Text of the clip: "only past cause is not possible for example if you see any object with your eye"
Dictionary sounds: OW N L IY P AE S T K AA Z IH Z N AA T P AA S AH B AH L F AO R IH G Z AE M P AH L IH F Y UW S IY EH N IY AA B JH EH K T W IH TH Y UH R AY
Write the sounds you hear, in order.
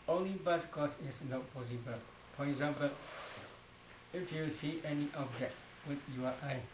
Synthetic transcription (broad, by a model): OW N L IY B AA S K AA S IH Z N AA T P AA S AH B AH L F AO R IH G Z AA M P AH L IH F Y UW S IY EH N IY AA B JH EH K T W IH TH Y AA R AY